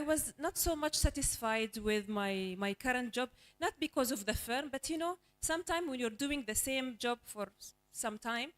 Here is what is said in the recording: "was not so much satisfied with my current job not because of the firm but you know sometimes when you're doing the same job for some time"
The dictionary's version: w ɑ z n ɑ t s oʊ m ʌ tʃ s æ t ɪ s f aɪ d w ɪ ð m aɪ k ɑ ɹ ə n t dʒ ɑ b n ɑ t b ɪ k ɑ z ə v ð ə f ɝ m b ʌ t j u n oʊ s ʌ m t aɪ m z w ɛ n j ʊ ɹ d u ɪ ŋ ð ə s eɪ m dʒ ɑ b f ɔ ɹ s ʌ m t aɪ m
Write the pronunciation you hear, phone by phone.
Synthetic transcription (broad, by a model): w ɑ z n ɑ t s oʊ m ʌ tʃ s æ t ɪ s f aɪ d w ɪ ð m aɪ k ɑ ɹ ə n t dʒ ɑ b n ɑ t b ɪ k ɑ z ə v ð ə f ɝ m b ʌ t j u n oʊ s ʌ m t aɪ m w ɛ n j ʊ ɹ d u ɪ ŋ ð ə s eɪ m dʒ ɑ b f ɔ ɹ s ʌ m t aɪ m